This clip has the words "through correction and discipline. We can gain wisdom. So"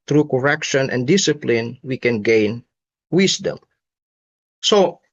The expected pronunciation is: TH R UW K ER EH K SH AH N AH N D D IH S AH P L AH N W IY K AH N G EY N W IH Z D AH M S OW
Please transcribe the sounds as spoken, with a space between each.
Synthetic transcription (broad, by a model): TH R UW K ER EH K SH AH N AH N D D IH S AH P L AH N W IY K AH N G EY N W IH S D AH M S OW